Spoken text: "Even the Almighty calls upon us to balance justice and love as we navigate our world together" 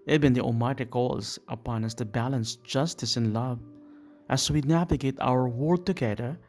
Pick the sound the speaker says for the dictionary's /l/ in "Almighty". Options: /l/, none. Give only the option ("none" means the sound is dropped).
none